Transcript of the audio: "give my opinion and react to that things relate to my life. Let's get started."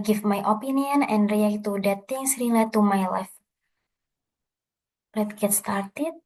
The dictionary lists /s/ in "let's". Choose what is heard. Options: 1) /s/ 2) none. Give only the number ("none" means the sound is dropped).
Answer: 2